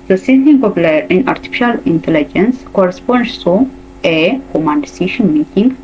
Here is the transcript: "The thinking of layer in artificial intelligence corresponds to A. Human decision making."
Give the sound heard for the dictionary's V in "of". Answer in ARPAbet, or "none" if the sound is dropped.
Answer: P